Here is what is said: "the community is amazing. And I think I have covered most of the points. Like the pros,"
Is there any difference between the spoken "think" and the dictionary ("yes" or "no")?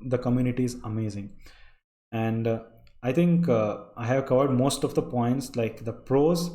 yes